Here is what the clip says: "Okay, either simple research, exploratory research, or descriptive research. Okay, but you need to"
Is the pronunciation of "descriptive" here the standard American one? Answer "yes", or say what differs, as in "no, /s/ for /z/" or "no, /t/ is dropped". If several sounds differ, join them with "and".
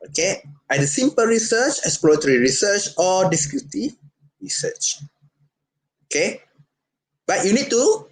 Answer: no, /p/ is dropped